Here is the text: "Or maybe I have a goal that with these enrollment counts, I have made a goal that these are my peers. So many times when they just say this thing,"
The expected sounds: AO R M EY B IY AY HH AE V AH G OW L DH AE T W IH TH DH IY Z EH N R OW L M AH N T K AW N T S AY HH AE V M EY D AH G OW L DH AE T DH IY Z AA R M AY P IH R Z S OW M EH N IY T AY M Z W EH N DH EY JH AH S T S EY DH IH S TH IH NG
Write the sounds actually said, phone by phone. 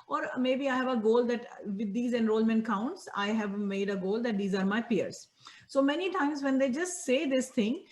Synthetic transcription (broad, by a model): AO R M EY B IY AY HH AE V AH G OW L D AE T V IH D IY Z EH N R OW L M AH N T K AW N T S AY HH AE V M EY D AH G OW L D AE T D IY Z AA R M AY P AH R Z S OW M EH N IY T AY M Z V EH N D EY JH AH S T S EY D IH S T IH NG